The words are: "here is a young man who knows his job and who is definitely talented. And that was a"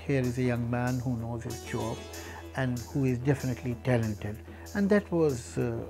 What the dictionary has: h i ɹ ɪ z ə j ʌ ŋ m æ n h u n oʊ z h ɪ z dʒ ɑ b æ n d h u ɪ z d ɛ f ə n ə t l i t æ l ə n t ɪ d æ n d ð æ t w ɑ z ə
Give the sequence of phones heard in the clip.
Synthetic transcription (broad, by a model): h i ɹ ɪ z ə j ʌ ŋ m æ n h u n oʊ z h ɪ z tʃ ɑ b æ n d h u ɪ z d ɛ f ə n ə t l i t æ l ə n t ɪ d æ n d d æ t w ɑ z